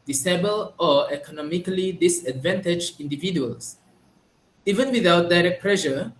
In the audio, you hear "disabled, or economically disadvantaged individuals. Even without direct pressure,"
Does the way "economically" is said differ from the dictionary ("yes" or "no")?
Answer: no